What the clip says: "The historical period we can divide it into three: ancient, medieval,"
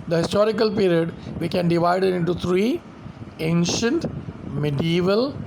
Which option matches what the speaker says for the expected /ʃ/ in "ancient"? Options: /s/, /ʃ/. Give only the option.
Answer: /ʃ/